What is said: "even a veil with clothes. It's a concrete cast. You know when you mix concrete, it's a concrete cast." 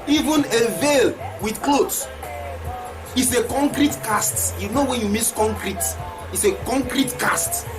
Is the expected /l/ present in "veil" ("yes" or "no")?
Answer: yes